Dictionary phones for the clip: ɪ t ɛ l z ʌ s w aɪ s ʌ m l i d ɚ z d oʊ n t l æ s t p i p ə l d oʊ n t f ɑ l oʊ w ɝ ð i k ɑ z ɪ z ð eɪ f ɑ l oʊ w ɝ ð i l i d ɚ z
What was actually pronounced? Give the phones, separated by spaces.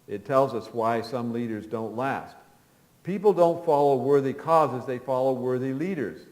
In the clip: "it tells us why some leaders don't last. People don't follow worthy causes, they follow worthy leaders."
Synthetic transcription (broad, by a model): ɪ t ɛ l z ʌ s w aɪ s ʌ m l i d ɚ z d oʊ n t l æ s t p i p l d oʊ n t f ɑ l oʊ w ɝ ð i k ɑ z ɪ z ð eɪ f ɑ l oʊ w ɝ ð i l i d ɚ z